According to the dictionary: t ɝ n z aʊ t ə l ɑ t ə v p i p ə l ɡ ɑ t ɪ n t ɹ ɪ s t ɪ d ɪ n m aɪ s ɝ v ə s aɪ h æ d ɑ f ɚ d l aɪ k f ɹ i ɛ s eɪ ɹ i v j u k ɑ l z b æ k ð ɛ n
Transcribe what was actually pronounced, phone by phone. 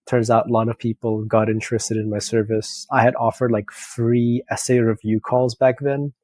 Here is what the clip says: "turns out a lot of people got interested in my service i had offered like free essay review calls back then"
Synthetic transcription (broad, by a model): t ɝ n z aʊ t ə l ɑ t ə v p i p l ɡ ɑ t ɪ n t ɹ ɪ s t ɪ d ɪ n m aɪ s ɝ v ə s aɪ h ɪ d ɑ f ɚ d l aɪ k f ɹ i ɛ s eɪ ɹ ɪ v j u k ɑ l z b æ k ð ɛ n